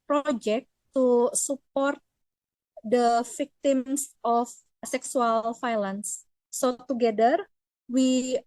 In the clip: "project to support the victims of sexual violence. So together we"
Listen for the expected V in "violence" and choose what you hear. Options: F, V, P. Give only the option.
F